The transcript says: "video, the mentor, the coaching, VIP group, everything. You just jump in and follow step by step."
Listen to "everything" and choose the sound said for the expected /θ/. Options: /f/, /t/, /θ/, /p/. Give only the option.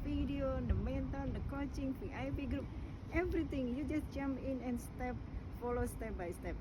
/t/